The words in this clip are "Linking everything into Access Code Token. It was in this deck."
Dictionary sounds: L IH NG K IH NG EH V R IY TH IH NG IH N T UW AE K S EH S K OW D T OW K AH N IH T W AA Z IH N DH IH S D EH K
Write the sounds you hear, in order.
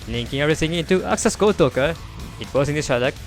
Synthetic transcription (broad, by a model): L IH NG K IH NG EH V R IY S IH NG IH N T UW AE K S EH S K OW T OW K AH IH T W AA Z IH N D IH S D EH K